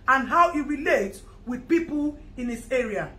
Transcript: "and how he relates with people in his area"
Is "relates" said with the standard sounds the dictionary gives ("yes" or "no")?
no